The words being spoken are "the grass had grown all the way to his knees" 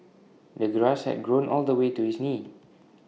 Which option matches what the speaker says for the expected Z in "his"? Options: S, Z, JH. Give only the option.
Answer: S